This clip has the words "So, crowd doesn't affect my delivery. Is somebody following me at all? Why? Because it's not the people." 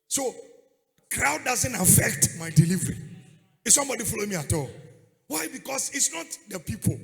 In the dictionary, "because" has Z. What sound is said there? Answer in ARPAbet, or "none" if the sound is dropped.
S